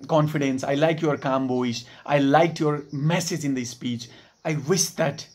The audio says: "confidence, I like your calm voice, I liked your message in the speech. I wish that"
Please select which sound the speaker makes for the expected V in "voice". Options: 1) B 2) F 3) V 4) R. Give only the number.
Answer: 1